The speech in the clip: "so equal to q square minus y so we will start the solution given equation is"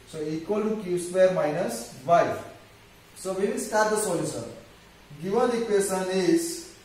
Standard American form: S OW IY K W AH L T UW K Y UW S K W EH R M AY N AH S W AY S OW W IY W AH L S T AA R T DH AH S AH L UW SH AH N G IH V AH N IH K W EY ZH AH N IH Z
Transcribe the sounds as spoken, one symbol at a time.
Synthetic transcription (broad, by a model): S OW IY K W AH L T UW K Y UW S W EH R M AY N AH S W AY S OW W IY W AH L S T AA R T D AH S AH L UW S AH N G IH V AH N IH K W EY S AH N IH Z